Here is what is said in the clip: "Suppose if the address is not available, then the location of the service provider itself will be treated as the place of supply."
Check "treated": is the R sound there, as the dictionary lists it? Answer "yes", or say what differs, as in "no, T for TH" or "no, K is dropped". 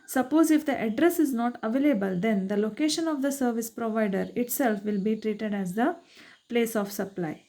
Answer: yes